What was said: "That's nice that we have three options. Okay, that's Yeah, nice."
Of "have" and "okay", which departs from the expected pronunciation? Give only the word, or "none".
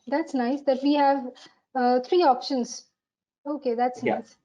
none